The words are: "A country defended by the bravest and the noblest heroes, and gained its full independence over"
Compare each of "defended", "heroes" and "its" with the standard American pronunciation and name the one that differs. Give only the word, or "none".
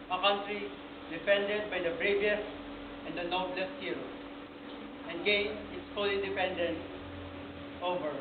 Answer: heroes